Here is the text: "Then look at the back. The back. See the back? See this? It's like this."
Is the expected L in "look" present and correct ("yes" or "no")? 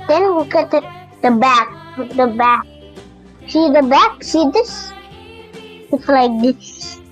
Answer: no